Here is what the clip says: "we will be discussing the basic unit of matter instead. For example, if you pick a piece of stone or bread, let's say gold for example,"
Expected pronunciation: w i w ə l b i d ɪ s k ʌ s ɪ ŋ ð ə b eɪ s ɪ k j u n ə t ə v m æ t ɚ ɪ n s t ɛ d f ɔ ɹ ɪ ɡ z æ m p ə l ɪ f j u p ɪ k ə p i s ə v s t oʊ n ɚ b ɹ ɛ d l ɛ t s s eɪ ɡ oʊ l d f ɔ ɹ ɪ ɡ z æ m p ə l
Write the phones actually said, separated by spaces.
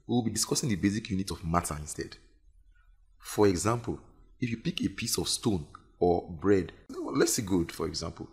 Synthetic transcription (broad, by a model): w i w ə l b i d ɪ s k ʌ s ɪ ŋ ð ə b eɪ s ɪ k j u n ə t ə v m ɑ t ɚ ɪ n s t ɛ d f ɔ ɹ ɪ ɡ z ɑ m p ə l ɪ f j u p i k ə p i s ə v s t oʊ n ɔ b ɹ ɛ d l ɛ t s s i ɡ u d f ɔ ɹ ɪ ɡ z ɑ m p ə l